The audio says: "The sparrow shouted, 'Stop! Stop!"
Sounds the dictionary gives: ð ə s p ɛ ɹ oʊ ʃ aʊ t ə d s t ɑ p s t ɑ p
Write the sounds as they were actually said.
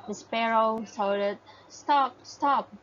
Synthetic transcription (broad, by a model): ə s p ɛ ɹ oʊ s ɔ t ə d s t ɑ p s t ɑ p